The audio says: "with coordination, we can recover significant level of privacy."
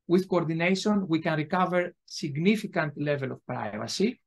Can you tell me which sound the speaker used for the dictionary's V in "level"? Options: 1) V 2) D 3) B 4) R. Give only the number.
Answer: 1